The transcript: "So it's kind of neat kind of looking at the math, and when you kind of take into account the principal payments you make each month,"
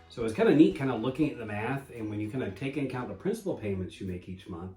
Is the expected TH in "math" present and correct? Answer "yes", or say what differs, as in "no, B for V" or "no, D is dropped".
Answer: yes